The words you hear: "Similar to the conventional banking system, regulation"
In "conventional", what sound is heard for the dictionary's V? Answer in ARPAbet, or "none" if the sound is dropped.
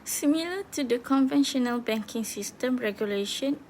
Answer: V